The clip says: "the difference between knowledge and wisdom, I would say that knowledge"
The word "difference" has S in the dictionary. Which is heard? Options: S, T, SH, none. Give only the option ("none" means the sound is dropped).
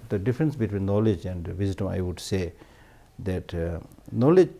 S